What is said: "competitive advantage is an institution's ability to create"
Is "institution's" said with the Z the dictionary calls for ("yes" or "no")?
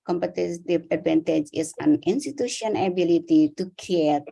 no